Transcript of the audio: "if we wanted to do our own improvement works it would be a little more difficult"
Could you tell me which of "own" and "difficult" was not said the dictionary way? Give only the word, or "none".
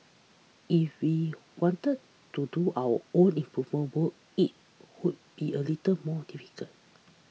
difficult